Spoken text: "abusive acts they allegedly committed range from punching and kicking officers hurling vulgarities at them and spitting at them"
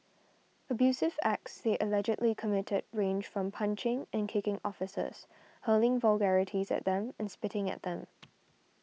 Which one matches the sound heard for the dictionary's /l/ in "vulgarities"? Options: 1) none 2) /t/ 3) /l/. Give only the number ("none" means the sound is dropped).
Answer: 3